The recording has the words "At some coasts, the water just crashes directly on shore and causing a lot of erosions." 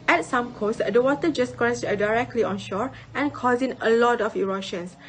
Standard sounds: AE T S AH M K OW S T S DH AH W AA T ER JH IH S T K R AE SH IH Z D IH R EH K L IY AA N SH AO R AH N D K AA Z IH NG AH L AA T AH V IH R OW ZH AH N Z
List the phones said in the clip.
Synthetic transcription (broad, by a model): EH T S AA M K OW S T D AH W AA T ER JH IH S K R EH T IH D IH R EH K L IY AA N SH AO R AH N K AA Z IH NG AH L AA T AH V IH R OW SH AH N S